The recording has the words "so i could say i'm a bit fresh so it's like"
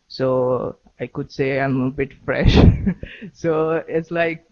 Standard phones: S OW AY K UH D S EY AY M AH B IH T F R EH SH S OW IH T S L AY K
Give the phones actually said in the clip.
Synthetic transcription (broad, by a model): S OW AY K UH D S EY AY M AH B IH T F R EH SH S OW IH T S L AY K